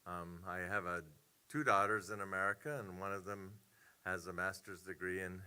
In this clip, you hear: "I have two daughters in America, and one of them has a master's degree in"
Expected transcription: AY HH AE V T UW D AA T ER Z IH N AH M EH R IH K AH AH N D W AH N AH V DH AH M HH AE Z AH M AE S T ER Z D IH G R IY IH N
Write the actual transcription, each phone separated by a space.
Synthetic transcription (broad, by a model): AY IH V T UW D AA T ER Z IH N AH M EH R IH K AH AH N W AH N AH V DH AH M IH Z AH M AE S T ER Z D IH G R IY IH N